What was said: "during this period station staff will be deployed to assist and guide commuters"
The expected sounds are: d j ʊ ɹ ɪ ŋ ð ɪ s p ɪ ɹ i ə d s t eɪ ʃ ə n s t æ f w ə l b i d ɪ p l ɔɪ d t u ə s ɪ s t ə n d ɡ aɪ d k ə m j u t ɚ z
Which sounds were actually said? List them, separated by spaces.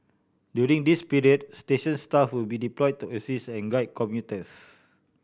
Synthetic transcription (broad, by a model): d j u ɹ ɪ ŋ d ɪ s p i ɹ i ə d s t eɪ ʃ ə n s t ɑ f w ə l b i d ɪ p l ɔɪ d t u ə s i s ə n ɡ aɪ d k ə m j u t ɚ s